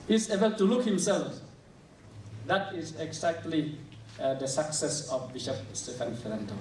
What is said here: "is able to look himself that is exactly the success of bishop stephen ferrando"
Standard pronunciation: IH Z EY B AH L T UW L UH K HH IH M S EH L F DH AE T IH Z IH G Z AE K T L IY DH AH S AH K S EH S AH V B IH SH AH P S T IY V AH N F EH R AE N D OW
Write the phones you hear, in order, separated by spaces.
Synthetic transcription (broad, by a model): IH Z EY B AH L T UW L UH K HH IH M S EH L F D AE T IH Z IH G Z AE K T L IY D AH S AH K S EH S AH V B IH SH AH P S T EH F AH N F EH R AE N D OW